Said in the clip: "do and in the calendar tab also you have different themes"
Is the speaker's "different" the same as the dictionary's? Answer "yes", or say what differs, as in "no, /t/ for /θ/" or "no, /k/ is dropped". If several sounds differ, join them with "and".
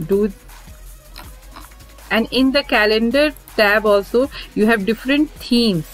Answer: yes